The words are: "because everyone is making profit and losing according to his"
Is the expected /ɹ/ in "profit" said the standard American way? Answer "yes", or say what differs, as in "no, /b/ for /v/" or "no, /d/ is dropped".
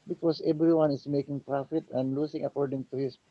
yes